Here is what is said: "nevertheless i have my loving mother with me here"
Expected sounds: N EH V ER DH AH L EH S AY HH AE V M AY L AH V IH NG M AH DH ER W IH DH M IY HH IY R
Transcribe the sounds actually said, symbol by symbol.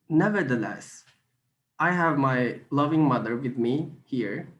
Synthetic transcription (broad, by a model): N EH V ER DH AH L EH S AY HH AE V M AY L AH V IH NG M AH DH ER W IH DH M IY HH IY R